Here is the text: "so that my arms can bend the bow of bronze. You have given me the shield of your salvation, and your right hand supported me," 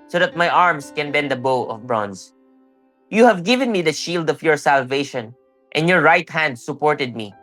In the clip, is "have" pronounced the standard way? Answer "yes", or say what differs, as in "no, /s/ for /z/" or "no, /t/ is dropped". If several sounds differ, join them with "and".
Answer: yes